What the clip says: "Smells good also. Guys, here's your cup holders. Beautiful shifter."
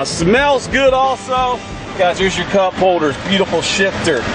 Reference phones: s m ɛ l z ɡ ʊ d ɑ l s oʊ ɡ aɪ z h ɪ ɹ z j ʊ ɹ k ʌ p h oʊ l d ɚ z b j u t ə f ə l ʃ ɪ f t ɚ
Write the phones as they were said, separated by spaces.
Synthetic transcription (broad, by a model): s m ɛ l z ɡ ʊ d ɑ l s oʊ ɡ aɪ z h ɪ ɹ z j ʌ ɹ k ʌ p h oʊ l d ɚ z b j u t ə f l ʃ ɪ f t ɚ